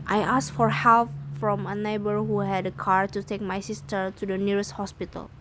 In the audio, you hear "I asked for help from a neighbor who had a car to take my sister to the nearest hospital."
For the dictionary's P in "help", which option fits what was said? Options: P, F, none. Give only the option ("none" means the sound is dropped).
F